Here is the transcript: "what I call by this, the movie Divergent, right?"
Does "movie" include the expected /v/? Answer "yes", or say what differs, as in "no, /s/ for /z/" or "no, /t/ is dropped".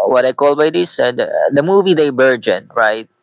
yes